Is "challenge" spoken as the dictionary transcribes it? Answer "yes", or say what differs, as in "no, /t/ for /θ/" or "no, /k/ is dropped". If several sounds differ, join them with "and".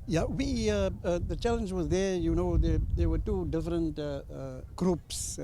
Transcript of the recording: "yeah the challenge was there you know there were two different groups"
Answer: yes